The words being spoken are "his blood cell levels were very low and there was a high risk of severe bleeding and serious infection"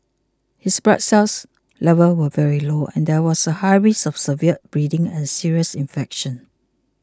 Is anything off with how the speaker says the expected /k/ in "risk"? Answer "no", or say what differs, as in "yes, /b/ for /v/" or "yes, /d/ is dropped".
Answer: yes, /k/ is dropped